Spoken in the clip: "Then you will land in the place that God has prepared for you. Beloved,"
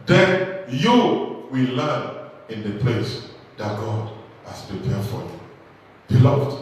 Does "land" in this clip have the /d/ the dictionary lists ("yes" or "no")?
no